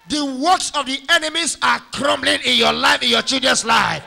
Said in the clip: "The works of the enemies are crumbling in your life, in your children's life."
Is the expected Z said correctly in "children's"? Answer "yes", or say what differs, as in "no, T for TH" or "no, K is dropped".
no, S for Z